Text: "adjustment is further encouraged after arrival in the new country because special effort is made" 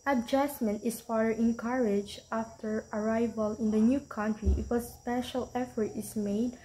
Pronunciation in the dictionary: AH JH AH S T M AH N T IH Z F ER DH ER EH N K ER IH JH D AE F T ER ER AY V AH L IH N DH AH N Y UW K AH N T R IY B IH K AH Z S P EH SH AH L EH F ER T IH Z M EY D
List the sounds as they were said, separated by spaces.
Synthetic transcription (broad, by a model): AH JH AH S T M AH N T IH S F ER ER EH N K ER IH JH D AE F T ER ER AY V AH L IH N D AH N Y UW K AH N T R IY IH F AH S P EH SH AH L EH F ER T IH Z M EY D